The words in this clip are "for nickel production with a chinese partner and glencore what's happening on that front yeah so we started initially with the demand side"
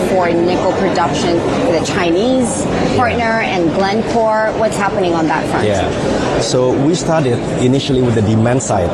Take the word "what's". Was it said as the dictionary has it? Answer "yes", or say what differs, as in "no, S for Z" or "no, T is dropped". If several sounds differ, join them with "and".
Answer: yes